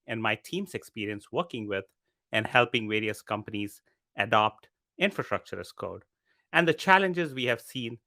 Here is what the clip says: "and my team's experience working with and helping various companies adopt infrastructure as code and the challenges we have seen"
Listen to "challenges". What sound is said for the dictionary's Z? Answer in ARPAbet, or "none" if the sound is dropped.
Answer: Z